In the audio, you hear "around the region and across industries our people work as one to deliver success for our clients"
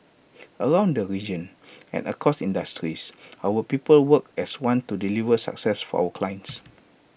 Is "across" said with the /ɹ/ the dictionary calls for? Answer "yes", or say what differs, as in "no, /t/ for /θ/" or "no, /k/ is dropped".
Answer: no, /ɹ/ is dropped